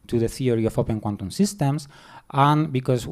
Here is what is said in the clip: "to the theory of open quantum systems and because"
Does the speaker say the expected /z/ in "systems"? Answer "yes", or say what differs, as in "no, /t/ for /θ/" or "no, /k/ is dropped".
no, /s/ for /z/